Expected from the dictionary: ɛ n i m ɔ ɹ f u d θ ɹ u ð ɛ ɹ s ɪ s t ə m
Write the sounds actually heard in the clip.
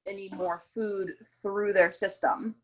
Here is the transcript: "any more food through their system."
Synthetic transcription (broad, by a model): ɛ n i m ɔ ɹ f u d θ ɹ u ð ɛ ɹ s ɪ s t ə m